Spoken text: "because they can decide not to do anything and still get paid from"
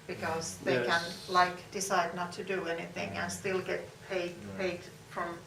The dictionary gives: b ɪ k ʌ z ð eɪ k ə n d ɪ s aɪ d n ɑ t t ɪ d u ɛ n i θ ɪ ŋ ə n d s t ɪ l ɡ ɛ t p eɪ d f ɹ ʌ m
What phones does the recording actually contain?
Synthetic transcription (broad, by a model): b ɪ k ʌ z ð eɪ k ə n d ɪ s aɪ d n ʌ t t ɪ d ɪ ɛ n i θ ɪ ŋ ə n s t ɪ l ɡ ɛ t p eɪ d f ɹ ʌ m